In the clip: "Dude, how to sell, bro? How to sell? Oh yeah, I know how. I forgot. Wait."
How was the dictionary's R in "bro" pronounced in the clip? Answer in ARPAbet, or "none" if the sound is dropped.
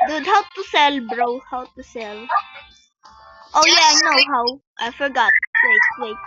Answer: R